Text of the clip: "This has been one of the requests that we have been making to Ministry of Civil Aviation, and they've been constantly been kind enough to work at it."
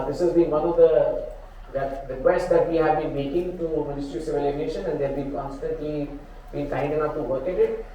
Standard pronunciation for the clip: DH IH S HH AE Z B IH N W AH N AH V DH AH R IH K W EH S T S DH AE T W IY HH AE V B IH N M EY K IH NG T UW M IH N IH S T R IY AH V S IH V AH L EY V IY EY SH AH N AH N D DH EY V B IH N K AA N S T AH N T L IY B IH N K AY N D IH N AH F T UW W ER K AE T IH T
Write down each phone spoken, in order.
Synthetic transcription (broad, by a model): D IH S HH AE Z B IH N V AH N AH V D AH R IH K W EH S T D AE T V IY HH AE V B IH N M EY K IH NG T UW M IH N IH S T R IY S IH V AH L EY IY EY SH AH N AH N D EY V B IH N K AA N S T AH N T L IY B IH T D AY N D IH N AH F T UW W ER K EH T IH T